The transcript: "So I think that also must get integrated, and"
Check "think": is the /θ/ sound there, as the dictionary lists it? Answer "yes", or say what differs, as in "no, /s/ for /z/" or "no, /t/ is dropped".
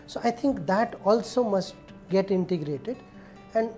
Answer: no, /t/ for /θ/